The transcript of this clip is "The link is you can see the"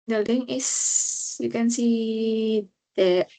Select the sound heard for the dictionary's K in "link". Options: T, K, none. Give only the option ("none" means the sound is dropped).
none